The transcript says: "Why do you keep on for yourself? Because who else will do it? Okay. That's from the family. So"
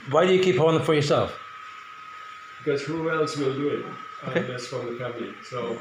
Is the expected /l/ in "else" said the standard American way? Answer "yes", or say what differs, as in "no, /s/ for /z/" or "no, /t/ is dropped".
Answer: yes